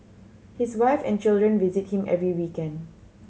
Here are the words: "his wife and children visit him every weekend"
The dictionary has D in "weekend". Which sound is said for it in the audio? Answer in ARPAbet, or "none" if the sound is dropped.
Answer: D